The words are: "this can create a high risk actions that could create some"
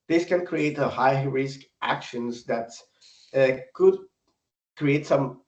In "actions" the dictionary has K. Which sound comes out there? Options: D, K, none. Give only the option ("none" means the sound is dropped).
K